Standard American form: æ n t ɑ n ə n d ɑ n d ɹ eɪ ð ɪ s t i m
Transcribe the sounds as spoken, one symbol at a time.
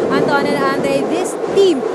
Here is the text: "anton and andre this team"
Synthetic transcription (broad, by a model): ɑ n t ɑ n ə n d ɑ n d eɪ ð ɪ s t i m